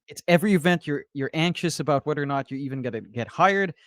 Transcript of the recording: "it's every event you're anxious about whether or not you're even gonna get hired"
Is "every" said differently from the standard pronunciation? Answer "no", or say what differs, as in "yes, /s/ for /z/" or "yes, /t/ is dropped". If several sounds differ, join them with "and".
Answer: no